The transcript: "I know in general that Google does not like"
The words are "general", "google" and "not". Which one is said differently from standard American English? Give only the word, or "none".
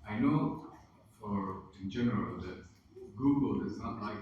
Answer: none